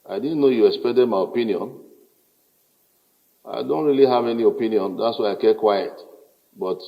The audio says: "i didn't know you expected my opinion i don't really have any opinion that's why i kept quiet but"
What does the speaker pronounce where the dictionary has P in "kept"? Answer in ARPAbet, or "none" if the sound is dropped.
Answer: none